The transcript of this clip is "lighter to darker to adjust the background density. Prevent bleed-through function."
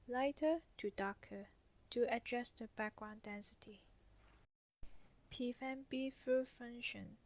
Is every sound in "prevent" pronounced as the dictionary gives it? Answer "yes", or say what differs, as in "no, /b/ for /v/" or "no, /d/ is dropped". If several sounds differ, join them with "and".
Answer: no, /ɹ/ is dropped